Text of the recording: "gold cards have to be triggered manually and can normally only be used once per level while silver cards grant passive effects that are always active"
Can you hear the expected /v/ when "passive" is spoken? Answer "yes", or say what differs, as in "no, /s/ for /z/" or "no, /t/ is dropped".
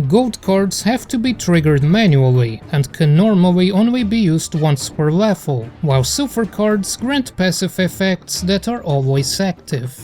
no, /f/ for /v/